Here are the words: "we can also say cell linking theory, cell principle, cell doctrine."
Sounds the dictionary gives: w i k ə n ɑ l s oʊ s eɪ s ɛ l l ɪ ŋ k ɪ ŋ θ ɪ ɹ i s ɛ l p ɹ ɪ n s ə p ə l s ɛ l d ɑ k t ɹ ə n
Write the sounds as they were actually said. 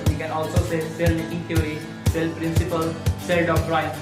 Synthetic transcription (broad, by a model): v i k ə n ɑ l s oʊ s eɪ s ɛ l n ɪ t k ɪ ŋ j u ɹ i s ɛ l p ɹ ɪ n s ə p ə l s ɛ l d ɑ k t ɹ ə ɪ